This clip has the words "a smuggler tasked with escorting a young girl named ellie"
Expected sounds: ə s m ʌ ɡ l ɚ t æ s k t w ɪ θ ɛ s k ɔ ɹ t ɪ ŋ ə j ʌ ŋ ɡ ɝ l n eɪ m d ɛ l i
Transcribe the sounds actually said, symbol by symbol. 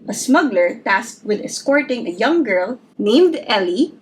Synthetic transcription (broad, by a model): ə s m ʌ ɡ l ɚ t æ s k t w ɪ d ɛ s k ɔ ɹ t ɪ ŋ ə j ʌ ŋ ɡ ɝ l n eɪ m d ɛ l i